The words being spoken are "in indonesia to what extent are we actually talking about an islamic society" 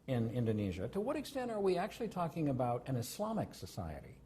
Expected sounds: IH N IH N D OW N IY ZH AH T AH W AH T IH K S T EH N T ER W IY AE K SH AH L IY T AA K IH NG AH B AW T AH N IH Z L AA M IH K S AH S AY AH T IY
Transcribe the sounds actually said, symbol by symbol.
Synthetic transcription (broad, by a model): IH N IH N D OW N IY ZH AH T AH W AH T IH K S T EH N T ER W IY AE K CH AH L IY T AA K IH NG AH B AW T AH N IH S L AA M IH K S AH S AY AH T IY